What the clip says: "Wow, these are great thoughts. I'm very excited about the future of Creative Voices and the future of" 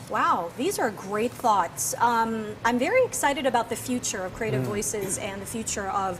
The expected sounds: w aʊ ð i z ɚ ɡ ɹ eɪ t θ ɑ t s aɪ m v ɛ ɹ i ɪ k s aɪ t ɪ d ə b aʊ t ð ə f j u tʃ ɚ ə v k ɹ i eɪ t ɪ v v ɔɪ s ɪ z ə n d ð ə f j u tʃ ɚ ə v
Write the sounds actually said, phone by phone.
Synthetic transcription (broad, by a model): w aʊ ð i z ɚ ɡ ɹ eɪ t θ ɑ t s aɪ m v ɛ ɹ i ɪ k s aɪ t ɪ d ə b aʊ t ð ə f j u tʃ ɚ ə v k ɹ i eɪ t ɪ v v ɔɪ s ɪ z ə n ð ə f j u tʃ ɚ ə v